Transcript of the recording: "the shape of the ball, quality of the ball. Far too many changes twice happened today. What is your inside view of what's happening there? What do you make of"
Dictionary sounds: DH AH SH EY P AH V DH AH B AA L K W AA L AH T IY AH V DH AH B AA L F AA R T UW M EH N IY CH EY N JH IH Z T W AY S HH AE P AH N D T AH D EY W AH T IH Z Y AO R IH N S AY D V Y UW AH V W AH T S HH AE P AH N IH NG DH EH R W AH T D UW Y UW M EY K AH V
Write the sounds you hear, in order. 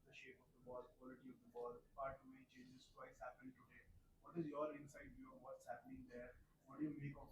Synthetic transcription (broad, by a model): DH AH SH EY P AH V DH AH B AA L K W AA L AH T IY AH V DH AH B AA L P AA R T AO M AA IY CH EY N JH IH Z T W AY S HH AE P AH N T AH D EY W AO T IH Z Y AO R IH N S AY D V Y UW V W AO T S HH AE P AH N IH NG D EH R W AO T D Y UW M EY K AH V